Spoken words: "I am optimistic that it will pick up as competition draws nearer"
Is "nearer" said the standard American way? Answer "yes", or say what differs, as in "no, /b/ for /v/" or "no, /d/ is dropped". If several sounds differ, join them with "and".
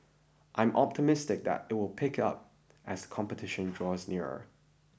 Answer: yes